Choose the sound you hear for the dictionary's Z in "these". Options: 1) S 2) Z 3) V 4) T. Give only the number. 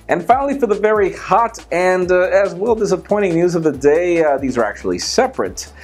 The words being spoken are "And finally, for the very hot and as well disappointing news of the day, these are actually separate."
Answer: 2